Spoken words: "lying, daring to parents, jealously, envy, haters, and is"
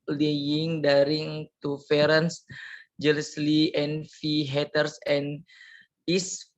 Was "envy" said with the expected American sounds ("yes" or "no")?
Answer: no